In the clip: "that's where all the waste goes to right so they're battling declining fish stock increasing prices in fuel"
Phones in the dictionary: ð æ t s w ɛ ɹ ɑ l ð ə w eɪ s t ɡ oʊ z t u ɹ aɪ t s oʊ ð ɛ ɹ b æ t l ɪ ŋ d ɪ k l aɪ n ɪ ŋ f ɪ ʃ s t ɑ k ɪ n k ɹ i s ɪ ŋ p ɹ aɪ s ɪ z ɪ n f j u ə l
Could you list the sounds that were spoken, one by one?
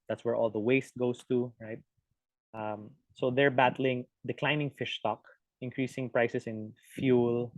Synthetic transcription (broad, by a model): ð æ t s w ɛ ɹ ɑ l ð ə w eɪ s t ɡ oʊ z t u ɹ aɪ t s oʊ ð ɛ ɹ b æ t l ɪ ŋ d ɪ k l aɪ n ɪ ŋ f ɪ ʃ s t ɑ k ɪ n k ɹ i s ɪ ŋ p ɹ aɪ s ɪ s ɪ n f j u l